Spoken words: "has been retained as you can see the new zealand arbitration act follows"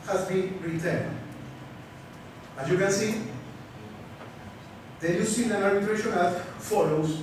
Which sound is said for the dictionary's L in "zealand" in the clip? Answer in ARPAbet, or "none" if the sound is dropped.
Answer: N